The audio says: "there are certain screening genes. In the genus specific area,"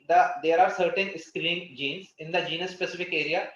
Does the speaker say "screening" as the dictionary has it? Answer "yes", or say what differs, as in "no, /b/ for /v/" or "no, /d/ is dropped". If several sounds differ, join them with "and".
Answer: no, /n/ is dropped